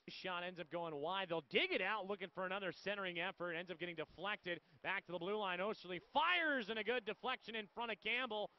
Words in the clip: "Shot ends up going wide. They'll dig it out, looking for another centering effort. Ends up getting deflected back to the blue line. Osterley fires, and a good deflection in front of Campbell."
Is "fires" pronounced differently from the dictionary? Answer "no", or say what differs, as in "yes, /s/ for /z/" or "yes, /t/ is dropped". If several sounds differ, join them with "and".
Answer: no